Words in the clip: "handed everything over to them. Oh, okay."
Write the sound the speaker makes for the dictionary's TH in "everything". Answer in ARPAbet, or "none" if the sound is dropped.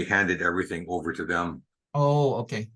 TH